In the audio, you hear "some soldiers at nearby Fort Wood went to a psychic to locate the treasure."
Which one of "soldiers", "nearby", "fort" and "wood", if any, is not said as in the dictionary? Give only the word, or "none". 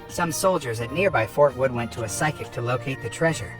none